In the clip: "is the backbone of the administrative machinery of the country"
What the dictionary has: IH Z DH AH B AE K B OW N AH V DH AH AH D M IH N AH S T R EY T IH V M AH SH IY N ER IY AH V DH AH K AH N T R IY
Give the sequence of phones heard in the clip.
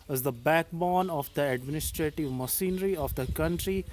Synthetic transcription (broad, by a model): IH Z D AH B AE K B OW N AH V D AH AH D M IH N AH S T R EY T IH V M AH S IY N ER IY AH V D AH K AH N T R IY